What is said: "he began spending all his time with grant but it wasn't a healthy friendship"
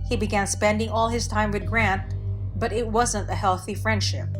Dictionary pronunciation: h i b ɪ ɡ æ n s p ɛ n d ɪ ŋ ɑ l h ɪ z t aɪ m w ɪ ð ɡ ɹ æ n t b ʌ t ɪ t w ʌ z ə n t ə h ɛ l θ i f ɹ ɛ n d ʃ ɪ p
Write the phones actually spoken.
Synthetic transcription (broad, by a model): h i b ɪ ɡ æ n s p ɛ n d ɪ ŋ ɑ l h ɪ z t aɪ m w ɪ ð ɡ ɹ æ n t b ʌ t ɪ t w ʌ z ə n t ə h ɛ l θ i f ɹ ɛ n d ʃ ɪ p